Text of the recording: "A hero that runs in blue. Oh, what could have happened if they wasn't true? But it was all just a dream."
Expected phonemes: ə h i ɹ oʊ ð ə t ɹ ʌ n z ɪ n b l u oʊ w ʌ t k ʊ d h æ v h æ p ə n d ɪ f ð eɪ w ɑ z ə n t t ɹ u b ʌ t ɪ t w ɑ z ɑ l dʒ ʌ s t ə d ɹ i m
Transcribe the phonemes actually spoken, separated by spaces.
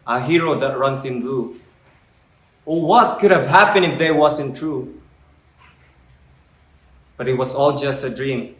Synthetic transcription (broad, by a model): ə h i ɹ oʊ ð ə t ɹ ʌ n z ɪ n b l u oʊ w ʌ t k ʊ d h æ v h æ p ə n ɪ f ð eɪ w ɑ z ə n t t ɹ u b ʌ t ɪ t w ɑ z ɑ l dʒ ʌ s t ə d ɹ i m